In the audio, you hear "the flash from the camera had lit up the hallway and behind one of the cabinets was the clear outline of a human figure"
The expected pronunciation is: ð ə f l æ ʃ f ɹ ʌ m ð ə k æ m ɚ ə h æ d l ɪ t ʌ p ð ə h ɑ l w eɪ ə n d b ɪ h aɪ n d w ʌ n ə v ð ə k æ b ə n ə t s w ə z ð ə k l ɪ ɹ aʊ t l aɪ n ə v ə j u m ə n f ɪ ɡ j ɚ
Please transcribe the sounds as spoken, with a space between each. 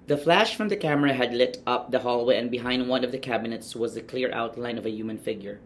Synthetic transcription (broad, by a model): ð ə f l æ ʃ f ɹ ʌ m ð ə k æ m ɚ ə h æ d l ɪ t ʌ p ð ə h ɑ l w eɪ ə n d b ɪ h aɪ n d w ʌ n ə v ð ə k æ b ə n ə t s w ə z ð ə k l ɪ ɹ aʊ t l aɪ n ə v ə j u m ə n f ɪ ɡ j ɚ